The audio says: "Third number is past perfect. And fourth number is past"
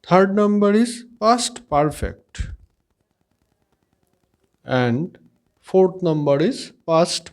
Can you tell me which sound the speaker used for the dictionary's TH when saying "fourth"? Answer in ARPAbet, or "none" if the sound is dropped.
T